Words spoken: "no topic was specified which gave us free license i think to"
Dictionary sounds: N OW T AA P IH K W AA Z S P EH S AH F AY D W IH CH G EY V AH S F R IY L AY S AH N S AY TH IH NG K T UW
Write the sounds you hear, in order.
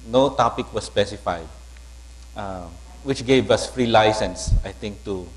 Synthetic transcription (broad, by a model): N OW T AA P IH K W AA S P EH S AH F AY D W IH CH G EY V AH S F R IY L AY S AH N S AY T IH NG K T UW